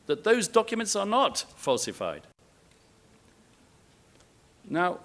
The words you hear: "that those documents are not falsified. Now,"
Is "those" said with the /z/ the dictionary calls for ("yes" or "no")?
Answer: yes